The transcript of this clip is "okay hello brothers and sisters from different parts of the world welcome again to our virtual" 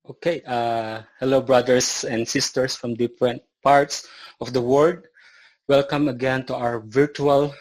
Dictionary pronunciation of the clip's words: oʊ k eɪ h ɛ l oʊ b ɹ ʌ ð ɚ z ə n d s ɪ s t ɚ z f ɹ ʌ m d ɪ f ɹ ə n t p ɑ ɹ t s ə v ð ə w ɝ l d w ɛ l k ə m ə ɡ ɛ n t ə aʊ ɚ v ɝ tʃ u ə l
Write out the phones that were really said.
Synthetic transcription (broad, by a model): oʊ k eɪ h ɛ l oʊ b ɹ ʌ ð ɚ s ə n d s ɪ s t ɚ s f ɹ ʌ m d ɪ f ɹ ə n t p ɑ ɹ t s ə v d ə w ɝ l d w ɛ l k ə m ə ɡ ɛ n t ə aʊ ɚ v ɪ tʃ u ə l